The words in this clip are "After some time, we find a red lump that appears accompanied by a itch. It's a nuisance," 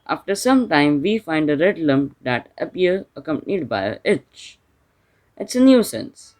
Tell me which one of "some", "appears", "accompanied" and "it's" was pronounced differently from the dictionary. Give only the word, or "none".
appears